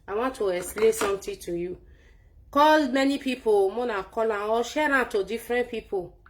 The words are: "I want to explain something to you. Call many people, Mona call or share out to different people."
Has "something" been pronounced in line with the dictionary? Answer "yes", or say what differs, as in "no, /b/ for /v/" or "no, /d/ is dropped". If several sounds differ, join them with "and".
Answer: no, /t/ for /θ/